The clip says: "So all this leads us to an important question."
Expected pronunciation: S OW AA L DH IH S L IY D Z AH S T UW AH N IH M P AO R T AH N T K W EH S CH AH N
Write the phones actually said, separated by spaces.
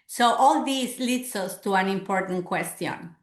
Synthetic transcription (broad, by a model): S OW AA L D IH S L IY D S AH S T UW AH N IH M P AO R T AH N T K W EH S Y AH N